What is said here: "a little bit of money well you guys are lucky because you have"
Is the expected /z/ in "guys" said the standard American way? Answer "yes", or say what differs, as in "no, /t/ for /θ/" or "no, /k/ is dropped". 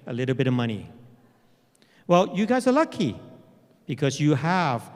yes